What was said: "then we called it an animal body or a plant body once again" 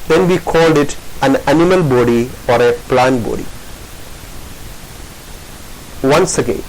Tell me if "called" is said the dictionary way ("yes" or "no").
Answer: yes